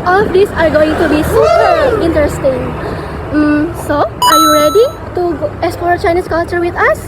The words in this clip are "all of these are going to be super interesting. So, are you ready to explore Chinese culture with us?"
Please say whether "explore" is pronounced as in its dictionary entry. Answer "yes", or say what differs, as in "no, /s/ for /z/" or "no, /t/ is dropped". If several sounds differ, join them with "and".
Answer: no, /k/ is dropped